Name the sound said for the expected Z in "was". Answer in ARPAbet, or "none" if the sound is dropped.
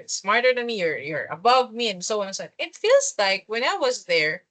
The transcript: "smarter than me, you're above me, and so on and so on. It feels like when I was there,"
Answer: Z